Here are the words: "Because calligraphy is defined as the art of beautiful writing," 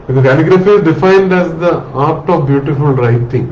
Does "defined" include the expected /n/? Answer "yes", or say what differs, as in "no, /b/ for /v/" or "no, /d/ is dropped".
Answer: yes